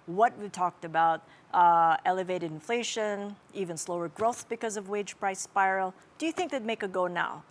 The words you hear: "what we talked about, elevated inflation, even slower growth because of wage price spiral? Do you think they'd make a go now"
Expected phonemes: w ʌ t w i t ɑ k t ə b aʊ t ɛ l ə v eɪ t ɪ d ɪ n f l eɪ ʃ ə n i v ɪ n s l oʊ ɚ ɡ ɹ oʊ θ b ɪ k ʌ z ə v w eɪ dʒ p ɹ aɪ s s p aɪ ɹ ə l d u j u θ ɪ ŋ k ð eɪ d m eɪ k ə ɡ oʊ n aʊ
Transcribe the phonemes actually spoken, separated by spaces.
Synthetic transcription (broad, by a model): w ʌ t w i t ɑ k t ə b aʊ t ɛ l ə v eɪ t ɪ d ɪ n f l eɪ ʃ ə n i v ɪ n s l oʊ ɚ ɡ ɹ oʊ θ b ɪ k ʌ z ə v w eɪ dʒ p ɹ aɪ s s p aɪ ɹ l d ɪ j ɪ θ ɪ ŋ k ð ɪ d m eɪ k ə ɡ oʊ n aʊ